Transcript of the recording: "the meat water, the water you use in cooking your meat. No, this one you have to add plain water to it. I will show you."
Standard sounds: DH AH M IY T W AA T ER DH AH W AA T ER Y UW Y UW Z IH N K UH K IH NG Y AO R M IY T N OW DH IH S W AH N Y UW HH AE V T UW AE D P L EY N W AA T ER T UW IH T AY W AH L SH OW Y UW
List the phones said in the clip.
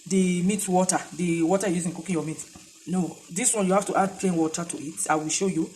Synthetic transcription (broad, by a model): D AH M IY T W AA T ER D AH W AA T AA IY Y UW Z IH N K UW K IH Y AO M IY T N OW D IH S W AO N Y UW HH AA F T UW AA D P L EY N W AA T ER T UW IH T AY W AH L SH OW Y UW